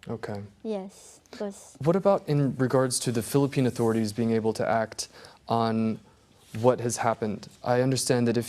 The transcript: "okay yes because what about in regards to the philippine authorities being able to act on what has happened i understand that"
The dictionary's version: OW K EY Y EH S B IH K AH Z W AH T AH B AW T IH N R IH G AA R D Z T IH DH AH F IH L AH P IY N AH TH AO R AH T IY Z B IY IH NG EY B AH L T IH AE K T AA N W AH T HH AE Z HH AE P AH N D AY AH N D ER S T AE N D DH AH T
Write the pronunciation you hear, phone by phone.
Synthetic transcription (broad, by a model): OW K EY Y EH S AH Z W AH T AH B AW T IH N R IH G AA R D Z T IH DH AH F IH L AH P IY N AH TH AO R AH T IY Z B IY IH NG EY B L T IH AE K T N W AH T HH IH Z HH AE P AH N D AY AH N D ER S T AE N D DH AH T